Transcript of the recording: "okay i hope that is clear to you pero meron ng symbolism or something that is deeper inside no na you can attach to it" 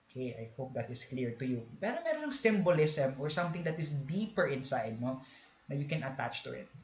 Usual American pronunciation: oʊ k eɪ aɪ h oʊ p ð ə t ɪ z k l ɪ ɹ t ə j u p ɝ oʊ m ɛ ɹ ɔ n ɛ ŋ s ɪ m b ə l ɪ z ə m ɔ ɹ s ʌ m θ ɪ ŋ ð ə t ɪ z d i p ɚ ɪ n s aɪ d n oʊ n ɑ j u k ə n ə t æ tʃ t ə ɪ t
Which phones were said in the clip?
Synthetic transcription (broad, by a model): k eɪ aɪ h oʊ p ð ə t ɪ s k l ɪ ɹ t ə j u p ɝ oʊ m ɛ ɹ ɔ n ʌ ŋ s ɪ m b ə l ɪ s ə m ɔ ɹ s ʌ m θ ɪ ŋ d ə t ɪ s d i p ɚ ɪ n s aɪ d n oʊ n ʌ j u k ə n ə t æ tʃ t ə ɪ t